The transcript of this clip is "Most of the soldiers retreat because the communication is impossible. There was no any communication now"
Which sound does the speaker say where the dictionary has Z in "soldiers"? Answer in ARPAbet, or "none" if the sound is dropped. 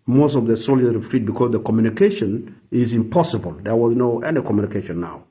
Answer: none